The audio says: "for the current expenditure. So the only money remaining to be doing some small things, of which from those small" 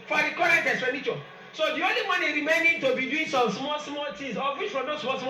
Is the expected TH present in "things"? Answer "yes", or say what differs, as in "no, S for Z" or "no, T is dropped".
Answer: no, S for TH